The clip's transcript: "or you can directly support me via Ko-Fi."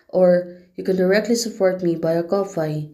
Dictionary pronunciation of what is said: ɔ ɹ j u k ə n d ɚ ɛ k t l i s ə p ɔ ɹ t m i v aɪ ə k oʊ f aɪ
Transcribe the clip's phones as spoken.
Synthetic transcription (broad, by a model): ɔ ɹ j u k ə n d ɚ ɛ k t l i s ə p ɔ ɹ t m i b aɪ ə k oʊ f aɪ